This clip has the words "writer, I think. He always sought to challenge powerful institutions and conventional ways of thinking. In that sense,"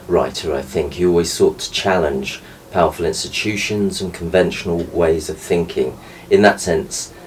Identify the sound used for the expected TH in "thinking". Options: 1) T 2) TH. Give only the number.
2